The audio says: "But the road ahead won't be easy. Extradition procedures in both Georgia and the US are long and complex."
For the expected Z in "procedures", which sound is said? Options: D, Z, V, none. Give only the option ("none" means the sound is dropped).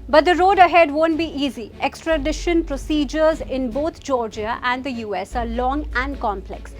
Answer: Z